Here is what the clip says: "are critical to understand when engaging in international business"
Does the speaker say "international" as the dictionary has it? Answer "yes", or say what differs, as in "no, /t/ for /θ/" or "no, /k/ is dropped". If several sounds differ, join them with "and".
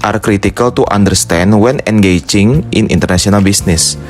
no, /s/ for /ʃ/